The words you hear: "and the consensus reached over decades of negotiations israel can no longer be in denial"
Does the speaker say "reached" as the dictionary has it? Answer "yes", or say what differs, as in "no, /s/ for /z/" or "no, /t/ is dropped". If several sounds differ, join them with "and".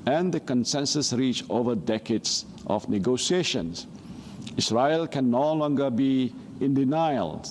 no, /t/ is dropped